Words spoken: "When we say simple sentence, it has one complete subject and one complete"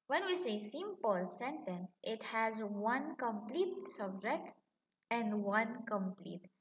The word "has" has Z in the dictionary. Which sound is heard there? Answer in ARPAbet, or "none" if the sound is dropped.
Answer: Z